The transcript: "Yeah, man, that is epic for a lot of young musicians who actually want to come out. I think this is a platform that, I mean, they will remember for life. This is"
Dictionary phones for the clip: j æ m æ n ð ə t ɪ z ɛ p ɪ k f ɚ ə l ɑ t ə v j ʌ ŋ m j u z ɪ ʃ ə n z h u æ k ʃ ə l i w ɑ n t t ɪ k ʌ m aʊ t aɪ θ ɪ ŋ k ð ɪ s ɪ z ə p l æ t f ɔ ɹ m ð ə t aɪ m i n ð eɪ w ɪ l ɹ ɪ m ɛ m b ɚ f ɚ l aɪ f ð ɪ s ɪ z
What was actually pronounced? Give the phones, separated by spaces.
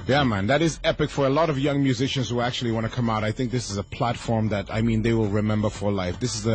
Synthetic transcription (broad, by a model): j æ m æ n ð ə t ɪ z ɛ p ɪ k f ɚ ə l ɑ t ə v j ʌ ŋ m j u z ɪ ʃ ə n z h u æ k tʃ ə l i w ɑ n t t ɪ k ʌ m aʊ t aɪ θ ɪ ŋ k ð ɪ s ɪ z ə p l æ t f ɔ ɹ m ð ə t aɪ m i n ð eɪ w ɪ l ɹ ɪ m ɛ m b ɚ f ɚ l aɪ f ð ɪ s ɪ z